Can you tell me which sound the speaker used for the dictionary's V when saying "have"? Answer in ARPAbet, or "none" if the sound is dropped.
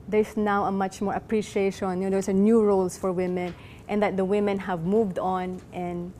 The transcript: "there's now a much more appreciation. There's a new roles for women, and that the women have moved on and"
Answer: V